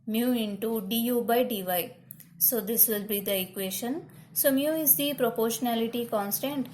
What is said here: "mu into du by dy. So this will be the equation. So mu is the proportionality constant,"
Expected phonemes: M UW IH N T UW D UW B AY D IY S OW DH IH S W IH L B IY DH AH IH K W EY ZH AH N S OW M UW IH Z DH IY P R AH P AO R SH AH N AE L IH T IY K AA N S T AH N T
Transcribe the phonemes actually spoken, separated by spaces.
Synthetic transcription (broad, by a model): M UW IH N T UW D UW B AY D IY S OW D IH S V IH L B IY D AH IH K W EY SH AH N S OW M UW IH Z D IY P R AH P AO R SH AH N AE L IH T IY K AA N S T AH N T